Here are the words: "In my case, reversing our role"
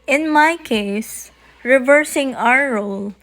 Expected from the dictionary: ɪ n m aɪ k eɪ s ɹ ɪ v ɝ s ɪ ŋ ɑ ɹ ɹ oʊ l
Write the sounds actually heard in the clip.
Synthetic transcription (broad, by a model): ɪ n m aɪ k eɪ s ɹ ɪ v ɝ s ɪ ŋ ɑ w ɹ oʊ l